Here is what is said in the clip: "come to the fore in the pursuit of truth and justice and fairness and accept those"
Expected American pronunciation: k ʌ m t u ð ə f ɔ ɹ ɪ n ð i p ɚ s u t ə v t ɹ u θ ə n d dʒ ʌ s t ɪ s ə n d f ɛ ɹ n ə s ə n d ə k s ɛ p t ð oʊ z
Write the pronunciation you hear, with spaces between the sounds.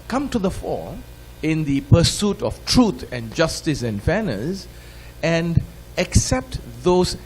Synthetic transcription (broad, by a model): k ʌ m t u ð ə f ɔ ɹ ɪ n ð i p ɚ s u t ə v t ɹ u t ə n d dʒ ʌ s t ɪ s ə n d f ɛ n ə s ə n d ə k s ɛ p t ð oʊ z